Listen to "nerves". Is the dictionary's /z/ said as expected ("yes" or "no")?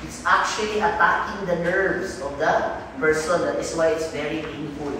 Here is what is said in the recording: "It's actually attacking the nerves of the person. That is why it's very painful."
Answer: no